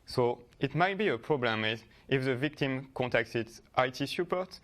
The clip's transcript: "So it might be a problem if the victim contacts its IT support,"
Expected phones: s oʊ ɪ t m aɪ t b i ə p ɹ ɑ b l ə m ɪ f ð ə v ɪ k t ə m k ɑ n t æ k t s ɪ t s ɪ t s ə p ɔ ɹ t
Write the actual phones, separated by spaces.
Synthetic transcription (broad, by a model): s oʊ ɪ t m aɪ t b i ə p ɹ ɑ b l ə m ɪ f ð ə v ɪ k t ə m k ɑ n t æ k t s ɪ t s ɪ t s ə p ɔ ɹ t